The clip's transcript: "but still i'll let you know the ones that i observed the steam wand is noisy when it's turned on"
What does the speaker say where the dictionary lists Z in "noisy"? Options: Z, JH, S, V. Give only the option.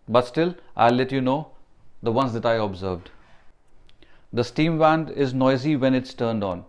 Z